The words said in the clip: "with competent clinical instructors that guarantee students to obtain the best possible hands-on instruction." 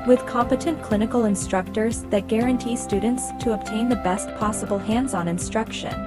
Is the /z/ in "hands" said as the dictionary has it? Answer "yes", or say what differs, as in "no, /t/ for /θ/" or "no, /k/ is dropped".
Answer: yes